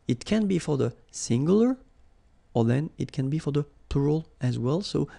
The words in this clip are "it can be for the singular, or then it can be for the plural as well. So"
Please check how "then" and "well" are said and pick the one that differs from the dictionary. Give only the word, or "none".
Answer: none